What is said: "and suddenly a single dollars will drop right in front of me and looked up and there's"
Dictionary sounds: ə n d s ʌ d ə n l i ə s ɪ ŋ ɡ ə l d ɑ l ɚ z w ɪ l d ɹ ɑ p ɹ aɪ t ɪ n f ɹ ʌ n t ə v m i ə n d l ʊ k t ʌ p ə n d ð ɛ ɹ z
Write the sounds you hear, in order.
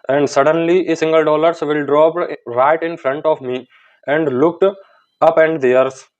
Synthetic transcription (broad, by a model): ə n d s ʌ d ə n l i ə s ɪ ŋ ɡ ə l d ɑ l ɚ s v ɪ l d ɹ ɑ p ɹ aɪ t ɪ n f ɹ ʌ n t ə v m i ə n d l ʊ k t ʌ p ə n d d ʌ ɹ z